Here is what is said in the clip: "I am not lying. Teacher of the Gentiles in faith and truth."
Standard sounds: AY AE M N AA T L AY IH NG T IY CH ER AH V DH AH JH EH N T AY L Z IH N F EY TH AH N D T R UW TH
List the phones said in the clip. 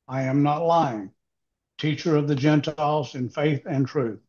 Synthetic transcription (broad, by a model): AY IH M N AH T L AY IH NG T IY CH ER AH V DH AH JH EH N T AY L Z IH N F EY TH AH N T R UW TH